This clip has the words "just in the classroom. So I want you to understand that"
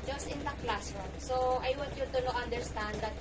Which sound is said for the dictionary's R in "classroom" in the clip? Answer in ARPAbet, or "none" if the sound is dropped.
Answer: none